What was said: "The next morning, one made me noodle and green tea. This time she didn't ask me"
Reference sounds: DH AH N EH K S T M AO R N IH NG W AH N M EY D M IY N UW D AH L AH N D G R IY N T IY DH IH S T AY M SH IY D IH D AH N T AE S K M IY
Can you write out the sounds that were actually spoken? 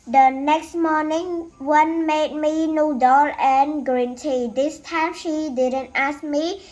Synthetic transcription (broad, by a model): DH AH N EH K S T M AO N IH NG W AH N M EY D M IY N UW D AH L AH N G R IY N T IY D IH S T AY M SH IY D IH D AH N T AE S K M IY